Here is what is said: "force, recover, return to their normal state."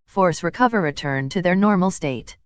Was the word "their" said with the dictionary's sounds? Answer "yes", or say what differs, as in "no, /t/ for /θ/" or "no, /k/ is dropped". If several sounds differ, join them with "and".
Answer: yes